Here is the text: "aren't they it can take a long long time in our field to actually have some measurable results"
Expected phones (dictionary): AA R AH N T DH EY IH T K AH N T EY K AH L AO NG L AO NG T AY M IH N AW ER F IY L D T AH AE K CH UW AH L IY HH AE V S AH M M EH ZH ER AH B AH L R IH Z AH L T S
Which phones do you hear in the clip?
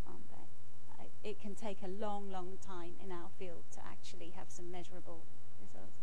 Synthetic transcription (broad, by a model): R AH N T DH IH IH T K AH N T EY K AH L AO NG L AO NG T AY M IH N AW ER F IY L D T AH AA K CH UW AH L IY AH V S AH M M EH ZH ER AH B AH L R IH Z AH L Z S